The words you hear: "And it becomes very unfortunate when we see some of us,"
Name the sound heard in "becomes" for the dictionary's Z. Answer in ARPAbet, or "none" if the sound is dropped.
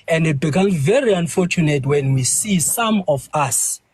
none